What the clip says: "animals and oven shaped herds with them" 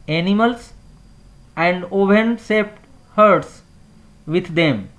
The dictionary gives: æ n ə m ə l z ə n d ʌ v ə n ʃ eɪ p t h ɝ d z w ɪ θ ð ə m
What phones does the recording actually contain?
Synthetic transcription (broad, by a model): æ n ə m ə l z ə n d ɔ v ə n s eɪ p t h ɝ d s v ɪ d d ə m